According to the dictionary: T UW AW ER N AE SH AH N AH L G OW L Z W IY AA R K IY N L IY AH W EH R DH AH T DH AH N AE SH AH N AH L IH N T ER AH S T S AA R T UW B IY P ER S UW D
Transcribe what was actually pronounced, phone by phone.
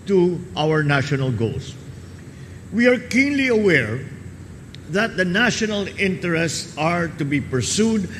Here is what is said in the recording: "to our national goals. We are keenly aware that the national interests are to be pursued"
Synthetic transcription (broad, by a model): T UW AW ER N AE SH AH N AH L G OW L S W IY AA R K IY N L IY AH W EH R DH AH T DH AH N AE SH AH N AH L IH N T ER AH S T S AA R T UW B IY P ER S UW D